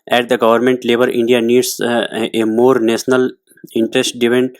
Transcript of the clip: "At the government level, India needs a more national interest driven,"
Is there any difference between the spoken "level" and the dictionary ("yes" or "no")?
yes